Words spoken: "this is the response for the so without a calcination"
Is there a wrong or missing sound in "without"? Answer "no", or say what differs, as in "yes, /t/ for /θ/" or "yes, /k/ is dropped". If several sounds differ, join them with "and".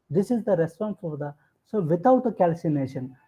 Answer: yes, /t/ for /θ/